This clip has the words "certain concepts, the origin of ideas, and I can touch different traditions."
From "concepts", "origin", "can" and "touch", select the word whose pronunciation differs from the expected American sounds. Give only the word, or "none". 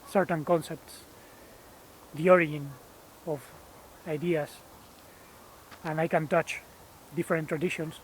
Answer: origin